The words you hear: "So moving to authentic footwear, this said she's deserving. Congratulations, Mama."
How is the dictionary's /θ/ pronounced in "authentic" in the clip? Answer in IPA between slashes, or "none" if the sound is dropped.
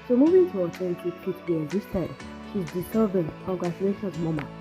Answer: /t/